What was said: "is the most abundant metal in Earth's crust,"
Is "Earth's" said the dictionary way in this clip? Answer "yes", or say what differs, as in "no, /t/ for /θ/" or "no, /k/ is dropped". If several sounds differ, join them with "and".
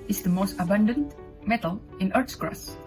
no, /t/ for /θ/